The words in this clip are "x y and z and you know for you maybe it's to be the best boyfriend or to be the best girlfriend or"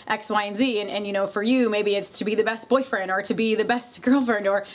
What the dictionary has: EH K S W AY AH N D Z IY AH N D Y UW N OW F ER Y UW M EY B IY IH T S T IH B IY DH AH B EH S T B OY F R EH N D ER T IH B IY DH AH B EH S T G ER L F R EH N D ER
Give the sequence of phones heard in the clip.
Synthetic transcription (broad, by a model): EH K S W AY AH N Z IY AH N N Y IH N OW F ER Y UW M EY B IY IH T S T IH B IY DH AH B EH S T B OY F R EH N D ER T IH B IY DH AH B EH S T G ER L F R EH N D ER